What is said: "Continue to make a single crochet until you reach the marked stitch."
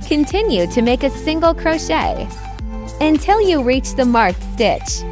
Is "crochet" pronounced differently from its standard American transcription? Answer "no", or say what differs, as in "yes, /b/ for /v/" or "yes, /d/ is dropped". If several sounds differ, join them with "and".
no